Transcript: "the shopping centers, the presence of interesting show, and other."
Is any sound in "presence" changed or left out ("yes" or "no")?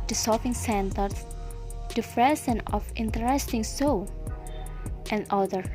yes